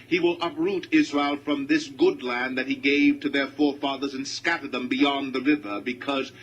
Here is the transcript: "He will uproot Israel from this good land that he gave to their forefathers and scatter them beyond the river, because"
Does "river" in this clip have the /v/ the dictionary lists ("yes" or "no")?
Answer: yes